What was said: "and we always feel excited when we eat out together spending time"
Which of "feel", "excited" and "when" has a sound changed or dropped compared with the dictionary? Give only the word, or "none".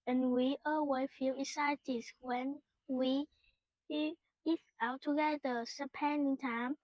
excited